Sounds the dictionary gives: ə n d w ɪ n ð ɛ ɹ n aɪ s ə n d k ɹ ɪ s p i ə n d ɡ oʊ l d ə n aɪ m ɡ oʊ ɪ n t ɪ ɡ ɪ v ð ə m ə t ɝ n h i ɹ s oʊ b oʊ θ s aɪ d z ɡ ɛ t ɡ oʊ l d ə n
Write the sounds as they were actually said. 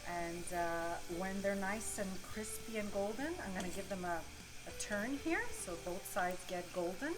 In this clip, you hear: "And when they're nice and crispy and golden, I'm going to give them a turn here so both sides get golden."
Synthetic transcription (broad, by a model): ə n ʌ w ɪ n ð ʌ ɹ n aɪ s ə n k ɹ ɪ s p i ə n ɡ oʊ l d n aɪ m ɡ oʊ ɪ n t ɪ ɡ ɪ v ð ə m ə t ɝ n h i ɹ s oʊ b oʊ θ s aɪ d z ɡ ɛ t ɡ oʊ l d n